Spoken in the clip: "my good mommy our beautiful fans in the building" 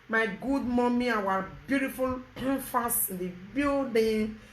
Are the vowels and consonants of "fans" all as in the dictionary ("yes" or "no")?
no